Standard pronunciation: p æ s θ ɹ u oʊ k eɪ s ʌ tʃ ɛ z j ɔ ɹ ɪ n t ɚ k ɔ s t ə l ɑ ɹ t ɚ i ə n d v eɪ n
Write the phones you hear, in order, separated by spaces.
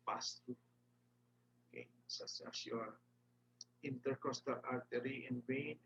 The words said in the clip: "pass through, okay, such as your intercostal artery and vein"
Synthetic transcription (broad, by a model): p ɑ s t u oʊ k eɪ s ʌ s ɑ s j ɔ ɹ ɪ n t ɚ k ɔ s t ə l ɑ ɹ t ɚ i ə n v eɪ n